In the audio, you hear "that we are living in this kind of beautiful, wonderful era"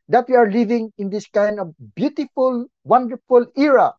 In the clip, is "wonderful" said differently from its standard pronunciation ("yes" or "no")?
no